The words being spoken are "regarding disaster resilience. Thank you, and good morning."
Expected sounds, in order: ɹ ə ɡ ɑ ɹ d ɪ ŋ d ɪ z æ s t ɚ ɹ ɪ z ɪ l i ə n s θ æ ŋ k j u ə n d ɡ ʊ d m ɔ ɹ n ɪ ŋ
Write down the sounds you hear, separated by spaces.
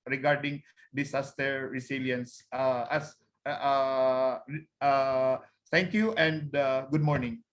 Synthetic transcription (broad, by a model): ɹ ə ɡ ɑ ɹ d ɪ ŋ d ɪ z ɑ s t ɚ ɹ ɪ s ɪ l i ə n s t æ ŋ k j u ə n d ɡ ʊ d m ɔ ɹ n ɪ ŋ